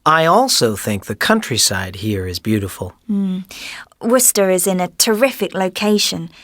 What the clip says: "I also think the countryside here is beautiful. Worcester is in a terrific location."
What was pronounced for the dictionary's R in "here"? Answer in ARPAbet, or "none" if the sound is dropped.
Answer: R